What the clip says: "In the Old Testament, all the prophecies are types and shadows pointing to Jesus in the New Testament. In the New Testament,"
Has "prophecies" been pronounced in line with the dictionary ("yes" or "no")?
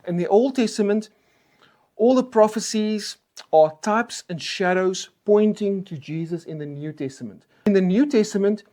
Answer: yes